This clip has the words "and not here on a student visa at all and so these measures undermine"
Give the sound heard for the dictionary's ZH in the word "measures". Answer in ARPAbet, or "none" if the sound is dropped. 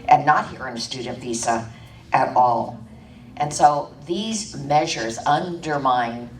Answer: ZH